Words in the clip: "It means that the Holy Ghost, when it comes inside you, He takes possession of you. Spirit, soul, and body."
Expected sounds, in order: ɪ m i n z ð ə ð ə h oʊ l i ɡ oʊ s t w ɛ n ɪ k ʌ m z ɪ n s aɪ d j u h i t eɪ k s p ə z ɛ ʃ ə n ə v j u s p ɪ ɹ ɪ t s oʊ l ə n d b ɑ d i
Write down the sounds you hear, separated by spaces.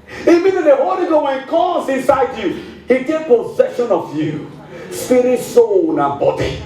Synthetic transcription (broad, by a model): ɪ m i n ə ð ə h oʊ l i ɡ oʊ w ɛ n ɪ k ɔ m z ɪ n s aɪ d j u h i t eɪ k p ə z ɛ ʃ ə n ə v j u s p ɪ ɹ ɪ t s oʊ n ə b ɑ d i